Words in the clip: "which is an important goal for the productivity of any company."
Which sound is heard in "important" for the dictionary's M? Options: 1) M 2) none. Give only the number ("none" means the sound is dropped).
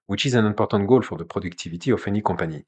2